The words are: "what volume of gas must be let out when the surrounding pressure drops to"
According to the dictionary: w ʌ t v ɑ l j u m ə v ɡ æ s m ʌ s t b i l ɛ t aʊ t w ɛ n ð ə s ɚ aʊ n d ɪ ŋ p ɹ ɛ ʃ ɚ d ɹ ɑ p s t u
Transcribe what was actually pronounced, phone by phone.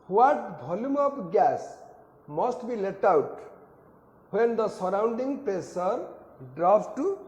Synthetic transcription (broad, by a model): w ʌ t b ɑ l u m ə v ɡ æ s m ʌ s t b i l ɛ t aʊ t w ɛ n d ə s ɚ aʊ n d ɪ ŋ p ɛ s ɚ d ɹ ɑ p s t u